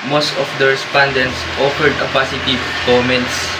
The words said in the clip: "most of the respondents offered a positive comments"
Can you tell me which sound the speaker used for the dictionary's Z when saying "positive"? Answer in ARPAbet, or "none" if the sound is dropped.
S